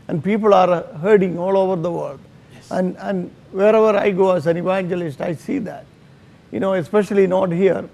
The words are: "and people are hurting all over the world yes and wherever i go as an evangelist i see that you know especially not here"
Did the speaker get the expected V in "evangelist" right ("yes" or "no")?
yes